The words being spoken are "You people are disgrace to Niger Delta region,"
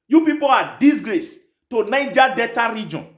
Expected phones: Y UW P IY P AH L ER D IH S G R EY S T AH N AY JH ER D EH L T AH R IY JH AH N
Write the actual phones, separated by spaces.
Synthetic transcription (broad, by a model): Y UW P IY P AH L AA D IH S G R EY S T AH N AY JH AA D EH T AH R IY JH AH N